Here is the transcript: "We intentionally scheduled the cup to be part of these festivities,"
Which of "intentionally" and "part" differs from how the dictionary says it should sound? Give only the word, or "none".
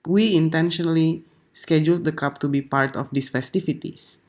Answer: none